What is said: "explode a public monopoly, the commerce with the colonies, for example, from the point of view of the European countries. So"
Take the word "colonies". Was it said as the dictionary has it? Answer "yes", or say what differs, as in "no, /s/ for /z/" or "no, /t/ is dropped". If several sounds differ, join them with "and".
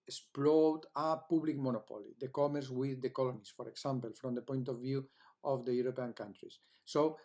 no, /s/ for /z/